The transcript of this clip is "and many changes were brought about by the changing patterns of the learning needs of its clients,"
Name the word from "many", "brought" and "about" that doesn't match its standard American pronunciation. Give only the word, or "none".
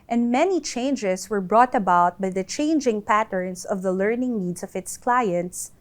none